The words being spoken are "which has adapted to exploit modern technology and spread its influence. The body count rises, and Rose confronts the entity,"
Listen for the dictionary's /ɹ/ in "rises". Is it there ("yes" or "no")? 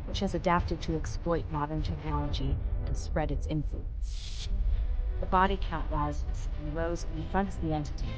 no